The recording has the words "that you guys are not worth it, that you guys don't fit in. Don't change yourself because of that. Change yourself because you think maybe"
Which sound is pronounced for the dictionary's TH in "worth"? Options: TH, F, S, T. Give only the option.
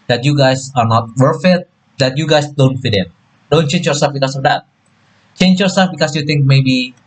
F